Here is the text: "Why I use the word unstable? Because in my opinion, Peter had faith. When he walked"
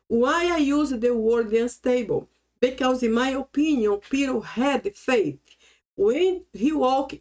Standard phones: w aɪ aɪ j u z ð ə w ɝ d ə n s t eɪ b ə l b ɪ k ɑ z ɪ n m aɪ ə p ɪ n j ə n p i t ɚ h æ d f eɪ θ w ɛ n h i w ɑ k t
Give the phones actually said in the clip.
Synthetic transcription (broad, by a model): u aɪ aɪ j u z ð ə w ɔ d ə n s t eɪ b ə l b ɪ k ɑ z ɪ n m aɪ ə p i n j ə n p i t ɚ h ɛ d f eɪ t w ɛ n h i w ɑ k